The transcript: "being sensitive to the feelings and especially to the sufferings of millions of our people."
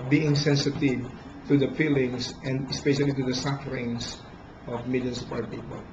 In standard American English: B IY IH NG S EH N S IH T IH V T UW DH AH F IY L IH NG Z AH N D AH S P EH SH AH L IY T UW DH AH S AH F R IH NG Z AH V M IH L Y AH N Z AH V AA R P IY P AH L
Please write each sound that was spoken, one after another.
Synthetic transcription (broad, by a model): B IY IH NG S EH N S IH T IH V T UW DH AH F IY L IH NG S AH N D AH S P EH SH AH L IY T UW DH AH S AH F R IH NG S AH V M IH L Y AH N S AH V AA R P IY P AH L